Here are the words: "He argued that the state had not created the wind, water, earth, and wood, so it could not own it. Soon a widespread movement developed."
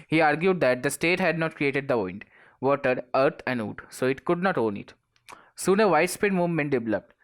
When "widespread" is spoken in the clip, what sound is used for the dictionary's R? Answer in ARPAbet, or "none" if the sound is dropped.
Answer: none